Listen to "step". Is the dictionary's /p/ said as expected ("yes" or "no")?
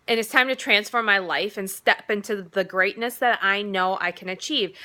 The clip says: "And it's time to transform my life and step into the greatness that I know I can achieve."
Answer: yes